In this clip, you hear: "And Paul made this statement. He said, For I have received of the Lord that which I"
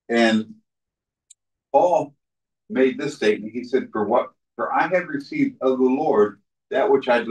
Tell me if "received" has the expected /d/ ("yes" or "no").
yes